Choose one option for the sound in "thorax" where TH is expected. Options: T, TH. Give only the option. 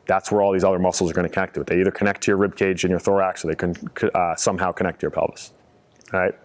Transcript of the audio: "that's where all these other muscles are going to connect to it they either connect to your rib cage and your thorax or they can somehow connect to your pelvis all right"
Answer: TH